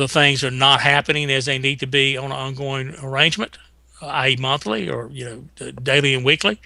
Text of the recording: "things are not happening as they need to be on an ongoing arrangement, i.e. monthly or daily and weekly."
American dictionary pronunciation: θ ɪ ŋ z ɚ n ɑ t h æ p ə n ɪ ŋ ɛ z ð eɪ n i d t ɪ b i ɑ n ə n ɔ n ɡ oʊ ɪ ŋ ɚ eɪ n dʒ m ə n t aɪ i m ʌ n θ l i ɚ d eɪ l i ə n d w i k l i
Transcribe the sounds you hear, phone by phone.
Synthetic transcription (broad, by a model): θ ɪ ŋ z ɚ n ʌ t h æ p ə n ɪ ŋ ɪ z ð eɪ n i d t ɪ b i ə n ɔ n ɡ oʊ ɪ ŋ ɚ eɪ n dʒ m ə n t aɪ m ʌ n θ l i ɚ d eɪ l i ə n w i k l i